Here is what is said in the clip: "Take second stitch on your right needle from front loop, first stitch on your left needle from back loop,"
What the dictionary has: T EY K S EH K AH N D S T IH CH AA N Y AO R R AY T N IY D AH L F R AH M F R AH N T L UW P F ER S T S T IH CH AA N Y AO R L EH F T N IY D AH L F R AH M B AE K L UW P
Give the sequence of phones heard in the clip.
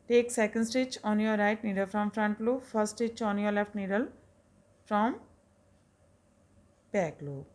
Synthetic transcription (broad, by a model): T EY K S EH K AH N D S T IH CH AA N Y AO R R AY T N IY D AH L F R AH M F R AH N T L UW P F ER T S T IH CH AA N Y AO R L EH F T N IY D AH L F R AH M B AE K L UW